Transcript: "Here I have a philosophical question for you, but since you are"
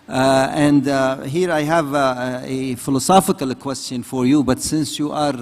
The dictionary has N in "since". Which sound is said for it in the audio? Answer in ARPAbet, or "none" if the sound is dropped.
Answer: N